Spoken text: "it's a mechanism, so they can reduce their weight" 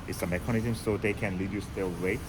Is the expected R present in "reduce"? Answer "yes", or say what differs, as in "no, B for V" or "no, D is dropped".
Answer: no, L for R